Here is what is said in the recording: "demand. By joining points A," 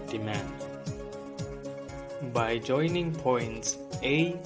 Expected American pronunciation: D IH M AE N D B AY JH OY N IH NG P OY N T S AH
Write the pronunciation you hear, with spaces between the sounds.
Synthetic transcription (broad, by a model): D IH M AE N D B AY JH OY N IH NG P OY N T S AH